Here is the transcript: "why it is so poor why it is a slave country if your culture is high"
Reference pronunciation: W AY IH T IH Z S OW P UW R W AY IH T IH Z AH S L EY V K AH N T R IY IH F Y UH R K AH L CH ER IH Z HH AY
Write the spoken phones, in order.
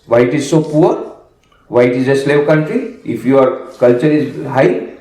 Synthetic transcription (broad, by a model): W AY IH T IH Z S OW P UW R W AY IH T IH Z AH S L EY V K AH N T R IY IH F Y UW R K AH L CH ER IH Z HH AY